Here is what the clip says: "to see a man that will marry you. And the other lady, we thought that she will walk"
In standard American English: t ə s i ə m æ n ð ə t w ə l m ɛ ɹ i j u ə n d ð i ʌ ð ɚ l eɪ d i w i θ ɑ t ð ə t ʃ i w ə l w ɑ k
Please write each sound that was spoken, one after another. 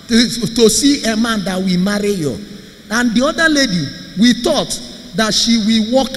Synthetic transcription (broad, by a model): t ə s i ə m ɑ n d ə t w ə m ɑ ɹ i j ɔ ə n d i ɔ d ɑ l eɪ d i w i t ɑ t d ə t ʃ i w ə w ɑ k